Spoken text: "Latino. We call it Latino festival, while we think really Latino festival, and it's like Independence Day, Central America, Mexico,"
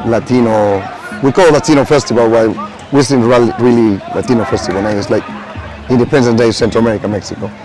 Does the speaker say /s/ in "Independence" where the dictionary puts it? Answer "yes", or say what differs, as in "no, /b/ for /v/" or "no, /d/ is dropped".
no, /s/ is dropped